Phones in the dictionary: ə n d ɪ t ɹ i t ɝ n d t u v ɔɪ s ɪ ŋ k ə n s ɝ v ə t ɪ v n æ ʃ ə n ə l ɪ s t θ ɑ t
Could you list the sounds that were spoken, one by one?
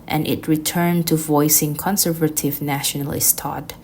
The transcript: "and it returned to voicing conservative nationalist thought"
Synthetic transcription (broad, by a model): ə n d ɪ t ɹ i t ɝ n t u v ɔɪ s ɪ ŋ k ə n s ɝ v ə t ɪ v n æ ʃ ə n ə l ɪ s t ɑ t